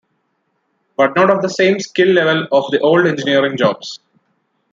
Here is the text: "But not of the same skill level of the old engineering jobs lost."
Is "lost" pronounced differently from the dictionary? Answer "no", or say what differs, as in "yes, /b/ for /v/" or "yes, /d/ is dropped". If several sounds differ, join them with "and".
yes, /t/ is dropped